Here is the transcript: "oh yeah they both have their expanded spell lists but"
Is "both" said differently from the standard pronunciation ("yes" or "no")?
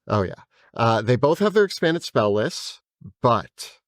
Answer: no